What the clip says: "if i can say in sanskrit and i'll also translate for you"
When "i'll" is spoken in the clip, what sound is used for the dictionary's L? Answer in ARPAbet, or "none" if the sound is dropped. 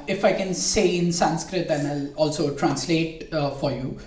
L